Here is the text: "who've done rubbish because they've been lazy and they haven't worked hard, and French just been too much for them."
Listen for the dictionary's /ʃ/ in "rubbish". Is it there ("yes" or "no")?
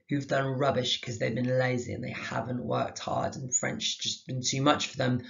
yes